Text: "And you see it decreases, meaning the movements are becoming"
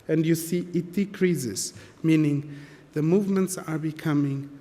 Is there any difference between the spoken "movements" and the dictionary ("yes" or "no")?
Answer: no